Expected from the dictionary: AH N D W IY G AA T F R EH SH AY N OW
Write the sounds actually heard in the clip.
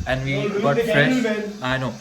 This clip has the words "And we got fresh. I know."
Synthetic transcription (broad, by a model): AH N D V IY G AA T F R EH AY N OW